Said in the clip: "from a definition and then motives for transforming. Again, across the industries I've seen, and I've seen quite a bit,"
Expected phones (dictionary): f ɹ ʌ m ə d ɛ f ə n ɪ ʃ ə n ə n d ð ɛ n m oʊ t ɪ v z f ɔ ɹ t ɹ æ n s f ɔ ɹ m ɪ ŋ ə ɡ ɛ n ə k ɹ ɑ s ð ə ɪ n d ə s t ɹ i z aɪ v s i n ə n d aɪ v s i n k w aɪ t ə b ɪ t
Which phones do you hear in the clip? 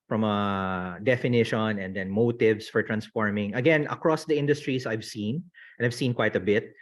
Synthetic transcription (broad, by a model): f ɹ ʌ m ə d ɛ f ə n ɪ ʃ ə n ə n d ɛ n m oʊ t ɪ v s f ɔ ɹ t ɹ æ n s f ɔ ɹ m ɪ ŋ ə ɡ ɛ n ə k ɹ ɑ s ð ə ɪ n d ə s t ɹ i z aɪ v s i n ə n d aɪ v s i n k w aɪ t ə b ɪ t